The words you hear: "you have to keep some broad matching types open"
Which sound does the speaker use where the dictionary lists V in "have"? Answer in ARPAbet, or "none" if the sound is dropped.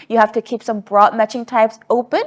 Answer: F